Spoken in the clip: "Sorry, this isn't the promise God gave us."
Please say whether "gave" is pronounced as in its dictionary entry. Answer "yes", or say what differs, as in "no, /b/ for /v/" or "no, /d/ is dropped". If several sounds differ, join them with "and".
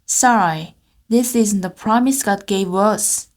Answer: yes